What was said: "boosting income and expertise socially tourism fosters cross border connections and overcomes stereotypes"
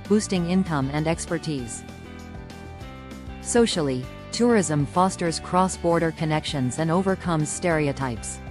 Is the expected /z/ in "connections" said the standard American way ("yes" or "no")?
yes